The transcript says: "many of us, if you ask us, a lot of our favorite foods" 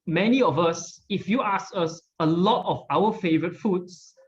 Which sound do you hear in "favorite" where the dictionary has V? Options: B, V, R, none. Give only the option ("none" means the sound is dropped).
V